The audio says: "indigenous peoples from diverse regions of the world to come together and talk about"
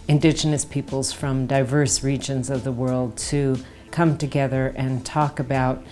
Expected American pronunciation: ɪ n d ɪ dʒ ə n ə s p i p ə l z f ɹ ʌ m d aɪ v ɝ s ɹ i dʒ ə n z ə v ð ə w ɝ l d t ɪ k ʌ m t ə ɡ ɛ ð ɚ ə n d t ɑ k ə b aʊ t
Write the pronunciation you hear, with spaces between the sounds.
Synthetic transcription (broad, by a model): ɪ n d ɪ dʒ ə n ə s p i p l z f ɹ ʌ m d aɪ v ɝ s ɹ i dʒ ə n z ə v ð ə w ɝ l d t ɪ k ʌ m t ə ɡ ɛ ð ɚ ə n t ɑ k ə b aʊ t